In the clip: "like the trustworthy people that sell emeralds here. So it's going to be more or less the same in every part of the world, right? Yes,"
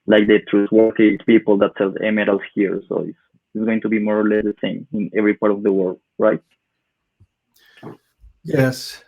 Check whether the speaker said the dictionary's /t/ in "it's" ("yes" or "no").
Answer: no